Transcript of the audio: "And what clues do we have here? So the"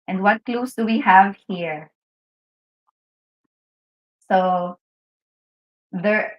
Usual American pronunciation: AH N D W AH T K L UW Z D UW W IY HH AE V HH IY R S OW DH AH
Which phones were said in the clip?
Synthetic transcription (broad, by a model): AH N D W AH T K L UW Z D UW W IY HH AE V HH IY R S OW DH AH